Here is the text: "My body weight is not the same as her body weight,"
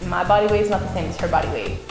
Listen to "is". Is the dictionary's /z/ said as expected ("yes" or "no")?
yes